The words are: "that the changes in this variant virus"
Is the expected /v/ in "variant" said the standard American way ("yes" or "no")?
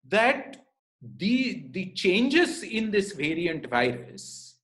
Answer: yes